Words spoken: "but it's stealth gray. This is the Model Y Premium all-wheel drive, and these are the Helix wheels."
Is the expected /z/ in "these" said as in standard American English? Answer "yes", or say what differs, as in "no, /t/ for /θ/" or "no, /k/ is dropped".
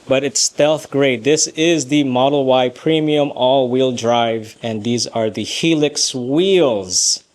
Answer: yes